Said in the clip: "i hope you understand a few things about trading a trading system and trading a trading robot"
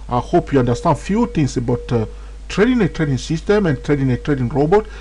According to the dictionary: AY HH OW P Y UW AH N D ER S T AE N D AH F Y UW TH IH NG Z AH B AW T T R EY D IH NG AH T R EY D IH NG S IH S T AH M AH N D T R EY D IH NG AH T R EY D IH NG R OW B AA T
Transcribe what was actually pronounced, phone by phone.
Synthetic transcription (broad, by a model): AY HH OW P Y UW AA N D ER S T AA N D F Y UW T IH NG S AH B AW T T R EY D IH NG AH T R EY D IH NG S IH S T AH M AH N T R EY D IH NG AH T R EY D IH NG R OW B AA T